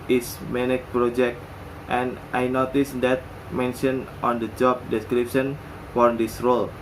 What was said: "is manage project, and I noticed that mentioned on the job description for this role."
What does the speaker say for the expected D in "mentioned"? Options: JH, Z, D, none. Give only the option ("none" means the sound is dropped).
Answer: none